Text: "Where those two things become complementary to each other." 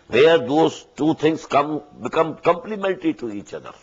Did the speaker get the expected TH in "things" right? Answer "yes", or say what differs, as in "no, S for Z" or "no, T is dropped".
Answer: no, T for TH